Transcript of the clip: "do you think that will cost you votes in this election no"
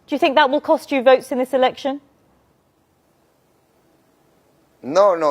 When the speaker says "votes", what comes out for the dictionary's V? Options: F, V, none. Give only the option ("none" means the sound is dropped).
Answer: V